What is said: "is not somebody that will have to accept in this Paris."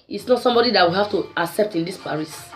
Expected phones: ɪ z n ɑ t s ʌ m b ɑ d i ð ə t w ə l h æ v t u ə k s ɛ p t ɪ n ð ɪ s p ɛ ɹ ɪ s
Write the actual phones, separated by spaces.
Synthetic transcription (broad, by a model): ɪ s n ɑ t s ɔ m b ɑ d i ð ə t w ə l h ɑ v t u ə k s ɛ p t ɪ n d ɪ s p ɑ ɹ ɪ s